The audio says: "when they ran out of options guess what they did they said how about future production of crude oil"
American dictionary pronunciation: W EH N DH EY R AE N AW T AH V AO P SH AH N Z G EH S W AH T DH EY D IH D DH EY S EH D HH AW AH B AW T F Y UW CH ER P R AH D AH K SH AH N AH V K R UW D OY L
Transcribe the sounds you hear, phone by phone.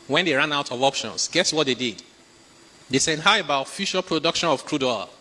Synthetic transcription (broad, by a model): W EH N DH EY R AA N AW T AH V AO P SH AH N S G EH S W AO T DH EY D IH D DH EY S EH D HH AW AH B AW T F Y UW SH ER P R AH D AH K SH AH N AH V K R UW D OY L